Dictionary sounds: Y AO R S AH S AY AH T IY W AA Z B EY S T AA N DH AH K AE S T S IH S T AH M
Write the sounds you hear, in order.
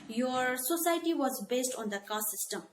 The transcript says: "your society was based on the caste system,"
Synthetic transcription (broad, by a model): Y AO R S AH S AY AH T IY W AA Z B EY S T AA N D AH K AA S S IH S T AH M